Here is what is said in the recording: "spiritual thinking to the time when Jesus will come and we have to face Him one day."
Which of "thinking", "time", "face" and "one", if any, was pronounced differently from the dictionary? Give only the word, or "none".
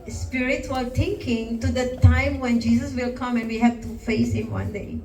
thinking